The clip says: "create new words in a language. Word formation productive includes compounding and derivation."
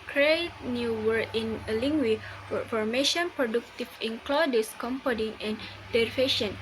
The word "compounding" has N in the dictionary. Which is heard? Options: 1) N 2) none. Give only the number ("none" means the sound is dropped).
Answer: 2